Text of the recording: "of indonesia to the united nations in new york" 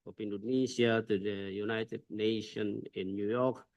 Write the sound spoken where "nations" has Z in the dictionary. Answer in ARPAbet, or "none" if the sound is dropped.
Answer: none